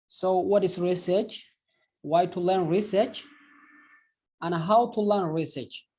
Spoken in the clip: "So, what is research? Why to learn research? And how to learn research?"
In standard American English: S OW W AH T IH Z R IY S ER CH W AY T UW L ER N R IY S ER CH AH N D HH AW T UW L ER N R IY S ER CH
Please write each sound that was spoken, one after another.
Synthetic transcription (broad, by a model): S OW W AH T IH S R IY S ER CH W AY T UW L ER N R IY S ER CH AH N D HH AW T UW L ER N R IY S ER CH